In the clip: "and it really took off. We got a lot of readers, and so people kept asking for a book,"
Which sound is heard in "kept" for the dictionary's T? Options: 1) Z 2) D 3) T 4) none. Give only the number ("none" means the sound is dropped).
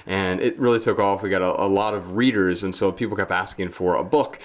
4